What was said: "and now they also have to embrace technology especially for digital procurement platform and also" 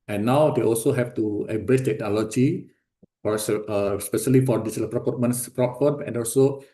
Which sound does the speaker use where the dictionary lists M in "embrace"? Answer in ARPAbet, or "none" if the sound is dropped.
none